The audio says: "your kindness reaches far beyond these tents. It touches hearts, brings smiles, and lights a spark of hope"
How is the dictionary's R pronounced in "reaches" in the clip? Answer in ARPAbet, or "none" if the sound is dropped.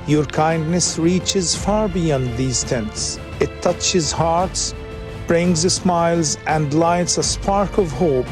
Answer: R